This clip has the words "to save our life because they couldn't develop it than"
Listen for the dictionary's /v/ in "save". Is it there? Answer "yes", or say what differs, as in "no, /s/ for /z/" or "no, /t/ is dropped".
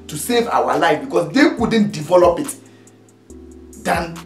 yes